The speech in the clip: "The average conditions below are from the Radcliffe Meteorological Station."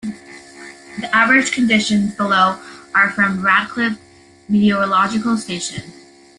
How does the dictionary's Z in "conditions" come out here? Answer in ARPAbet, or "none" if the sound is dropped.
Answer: Z